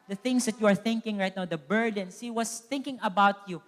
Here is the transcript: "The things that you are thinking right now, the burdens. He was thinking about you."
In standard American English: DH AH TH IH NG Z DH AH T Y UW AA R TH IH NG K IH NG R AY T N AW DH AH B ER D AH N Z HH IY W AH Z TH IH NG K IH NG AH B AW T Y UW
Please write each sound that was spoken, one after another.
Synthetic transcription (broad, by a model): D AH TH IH NG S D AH T Y UW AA R TH IH NG K IH NG R AY T N AW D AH B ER D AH N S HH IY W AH S TH IH NG K IH NG AH B AW T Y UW